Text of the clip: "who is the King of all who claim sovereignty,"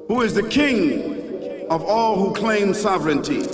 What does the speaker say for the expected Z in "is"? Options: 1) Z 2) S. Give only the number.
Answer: 1